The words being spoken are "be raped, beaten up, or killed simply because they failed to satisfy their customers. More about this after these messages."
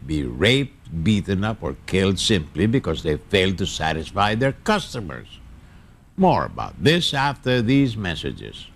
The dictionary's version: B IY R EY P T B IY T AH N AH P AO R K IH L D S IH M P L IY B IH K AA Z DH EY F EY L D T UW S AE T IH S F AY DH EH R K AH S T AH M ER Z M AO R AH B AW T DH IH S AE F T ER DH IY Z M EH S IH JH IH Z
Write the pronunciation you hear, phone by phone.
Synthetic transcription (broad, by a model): B IY R EY P T B IY T AH N AH P AO R K IH L D S IH M P L IY B IH K AA Z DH EY F EY L D T UW S AE T IH S F AY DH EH R K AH S T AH M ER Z M AO R AH B AW T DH IH S AE F T ER DH IY Z M EH S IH JH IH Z